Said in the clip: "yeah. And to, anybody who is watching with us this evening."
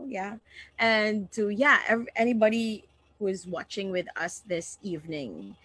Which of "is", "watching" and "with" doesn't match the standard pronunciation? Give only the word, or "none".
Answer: none